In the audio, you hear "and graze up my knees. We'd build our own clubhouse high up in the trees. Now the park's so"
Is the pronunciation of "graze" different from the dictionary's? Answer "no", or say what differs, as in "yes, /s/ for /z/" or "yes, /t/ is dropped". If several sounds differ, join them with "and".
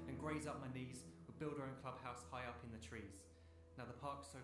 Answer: no